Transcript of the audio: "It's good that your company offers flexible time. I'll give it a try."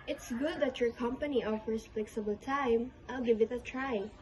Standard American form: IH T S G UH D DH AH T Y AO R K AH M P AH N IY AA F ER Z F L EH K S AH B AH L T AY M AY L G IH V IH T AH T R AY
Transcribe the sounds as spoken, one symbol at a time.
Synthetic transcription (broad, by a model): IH T S G UH D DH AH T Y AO R K AH M P AH N IY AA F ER S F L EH K S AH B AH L T AY M AY L G IH V IH T AH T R AY